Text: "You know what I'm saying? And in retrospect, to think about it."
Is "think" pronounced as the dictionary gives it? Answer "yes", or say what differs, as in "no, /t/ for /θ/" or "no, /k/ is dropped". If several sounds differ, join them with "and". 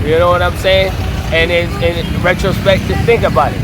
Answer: yes